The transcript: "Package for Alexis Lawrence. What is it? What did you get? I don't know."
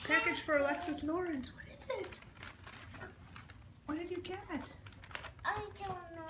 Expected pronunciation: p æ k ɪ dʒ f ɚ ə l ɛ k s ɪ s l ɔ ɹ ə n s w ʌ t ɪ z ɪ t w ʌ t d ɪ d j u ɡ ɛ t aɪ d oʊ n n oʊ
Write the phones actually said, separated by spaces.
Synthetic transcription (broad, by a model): p æ k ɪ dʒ f ɚ ə l ɛ k s ɪ s n ɔ ɹ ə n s w ʌ t ɪ z ɪ t w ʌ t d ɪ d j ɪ ɡ ɛ t aɪ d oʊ l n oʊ